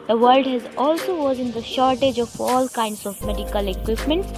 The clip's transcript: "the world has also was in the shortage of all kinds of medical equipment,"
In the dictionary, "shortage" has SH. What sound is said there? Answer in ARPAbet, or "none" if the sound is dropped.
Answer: SH